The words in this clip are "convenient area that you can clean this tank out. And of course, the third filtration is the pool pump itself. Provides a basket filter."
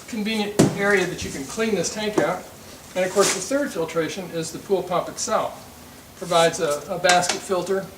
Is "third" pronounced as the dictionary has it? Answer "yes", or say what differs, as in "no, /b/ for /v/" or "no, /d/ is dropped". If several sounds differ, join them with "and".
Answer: yes